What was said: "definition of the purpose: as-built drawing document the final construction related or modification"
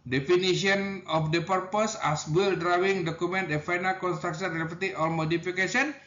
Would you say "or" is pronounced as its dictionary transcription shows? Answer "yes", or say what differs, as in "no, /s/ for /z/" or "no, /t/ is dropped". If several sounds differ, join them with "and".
no, /l/ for /ɹ/